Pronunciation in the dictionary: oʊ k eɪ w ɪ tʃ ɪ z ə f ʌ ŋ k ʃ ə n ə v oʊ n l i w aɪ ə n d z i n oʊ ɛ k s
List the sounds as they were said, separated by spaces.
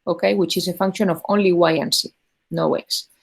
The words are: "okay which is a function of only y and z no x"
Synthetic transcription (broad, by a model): oʊ k eɪ w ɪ tʃ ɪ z ə f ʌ ŋ k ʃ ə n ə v oʊ n l i w aɪ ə n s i n oʊ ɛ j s